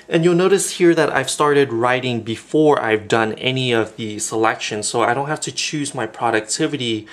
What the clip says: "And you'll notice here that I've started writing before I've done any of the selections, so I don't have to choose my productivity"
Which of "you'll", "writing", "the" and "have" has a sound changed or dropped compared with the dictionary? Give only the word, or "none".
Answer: have